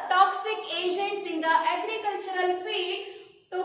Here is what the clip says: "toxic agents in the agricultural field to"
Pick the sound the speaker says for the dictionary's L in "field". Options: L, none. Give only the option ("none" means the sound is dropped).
none